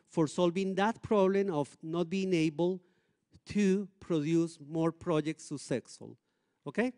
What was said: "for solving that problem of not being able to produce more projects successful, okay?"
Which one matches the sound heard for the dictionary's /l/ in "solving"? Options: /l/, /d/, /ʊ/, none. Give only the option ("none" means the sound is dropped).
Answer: /l/